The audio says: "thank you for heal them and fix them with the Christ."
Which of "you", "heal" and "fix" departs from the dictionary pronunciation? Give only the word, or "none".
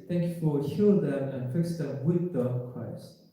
fix